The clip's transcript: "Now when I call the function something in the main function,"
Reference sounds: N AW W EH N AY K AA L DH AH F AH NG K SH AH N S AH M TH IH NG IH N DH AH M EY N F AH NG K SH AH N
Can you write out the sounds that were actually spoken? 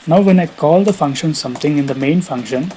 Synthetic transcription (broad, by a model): N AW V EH N AY K AA L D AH F AH NG K SH AH N S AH M T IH NG IH N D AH M EY N F AH NG K SH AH N